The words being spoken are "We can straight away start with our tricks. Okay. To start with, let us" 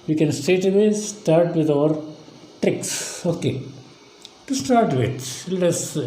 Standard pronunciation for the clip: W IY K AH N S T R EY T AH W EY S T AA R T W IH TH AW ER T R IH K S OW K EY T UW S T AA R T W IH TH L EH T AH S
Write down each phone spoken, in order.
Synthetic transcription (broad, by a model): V IY K AH N S T EY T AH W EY S T AA R T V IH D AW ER T R IH K S OW K EY T UW S T AA R T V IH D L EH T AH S